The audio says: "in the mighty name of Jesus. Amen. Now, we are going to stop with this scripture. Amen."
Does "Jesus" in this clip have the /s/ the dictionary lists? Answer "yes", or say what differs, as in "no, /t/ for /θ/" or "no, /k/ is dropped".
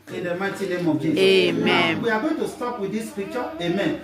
no, /s/ is dropped